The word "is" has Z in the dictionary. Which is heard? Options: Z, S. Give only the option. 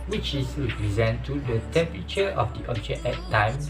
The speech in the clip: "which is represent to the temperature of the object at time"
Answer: S